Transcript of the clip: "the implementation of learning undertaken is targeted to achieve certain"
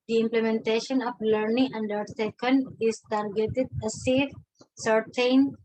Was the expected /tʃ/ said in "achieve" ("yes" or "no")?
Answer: no